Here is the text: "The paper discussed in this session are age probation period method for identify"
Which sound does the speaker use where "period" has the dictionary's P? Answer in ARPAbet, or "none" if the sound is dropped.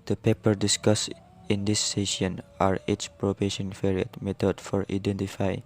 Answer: F